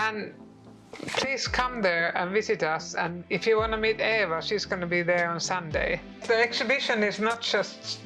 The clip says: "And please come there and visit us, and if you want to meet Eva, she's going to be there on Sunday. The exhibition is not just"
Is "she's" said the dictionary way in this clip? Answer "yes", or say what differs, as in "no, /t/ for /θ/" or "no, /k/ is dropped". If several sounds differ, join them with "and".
no, /s/ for /ʃ/